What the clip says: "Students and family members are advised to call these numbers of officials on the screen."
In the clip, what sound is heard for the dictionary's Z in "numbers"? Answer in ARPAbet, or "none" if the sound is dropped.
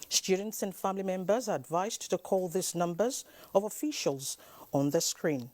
Z